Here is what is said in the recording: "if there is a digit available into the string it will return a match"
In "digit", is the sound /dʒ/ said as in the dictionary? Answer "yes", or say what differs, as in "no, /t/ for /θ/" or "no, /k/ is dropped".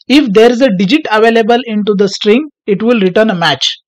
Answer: yes